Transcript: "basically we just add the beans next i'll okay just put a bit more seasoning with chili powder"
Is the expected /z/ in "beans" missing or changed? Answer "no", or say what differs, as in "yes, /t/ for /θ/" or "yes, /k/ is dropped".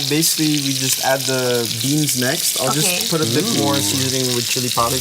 no